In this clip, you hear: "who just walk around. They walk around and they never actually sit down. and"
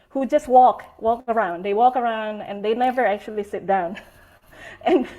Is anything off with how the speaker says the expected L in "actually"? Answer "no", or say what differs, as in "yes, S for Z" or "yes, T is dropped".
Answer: no